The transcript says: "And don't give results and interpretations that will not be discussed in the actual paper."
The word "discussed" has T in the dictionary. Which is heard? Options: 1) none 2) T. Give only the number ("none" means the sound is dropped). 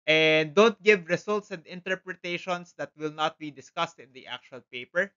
2